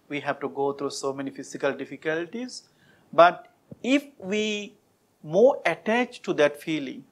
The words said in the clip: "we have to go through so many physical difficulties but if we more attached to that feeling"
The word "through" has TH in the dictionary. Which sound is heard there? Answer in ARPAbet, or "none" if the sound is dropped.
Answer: T